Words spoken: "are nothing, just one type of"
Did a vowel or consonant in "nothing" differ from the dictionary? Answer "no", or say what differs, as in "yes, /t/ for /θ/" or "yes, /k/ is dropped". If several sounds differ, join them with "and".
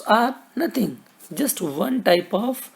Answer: yes, /t/ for /θ/